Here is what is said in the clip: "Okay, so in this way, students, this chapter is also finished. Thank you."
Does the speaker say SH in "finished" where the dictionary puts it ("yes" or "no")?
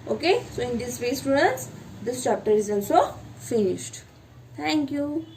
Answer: yes